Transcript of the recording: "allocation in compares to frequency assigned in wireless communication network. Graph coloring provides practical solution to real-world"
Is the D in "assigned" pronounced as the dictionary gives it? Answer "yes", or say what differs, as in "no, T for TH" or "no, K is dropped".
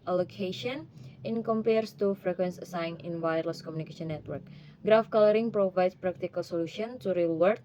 no, D is dropped